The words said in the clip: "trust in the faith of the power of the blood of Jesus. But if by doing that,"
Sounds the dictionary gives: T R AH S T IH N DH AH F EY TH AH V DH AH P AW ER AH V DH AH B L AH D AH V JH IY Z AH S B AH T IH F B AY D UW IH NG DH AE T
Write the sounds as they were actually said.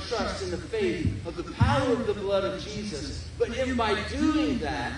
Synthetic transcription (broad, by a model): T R AH S T IH N DH AH F EY TH AH V DH AH P AW ER AH V DH AH B L AH D AH V JH IY Z AH S B AH T IH F B AY D UW IH NG DH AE T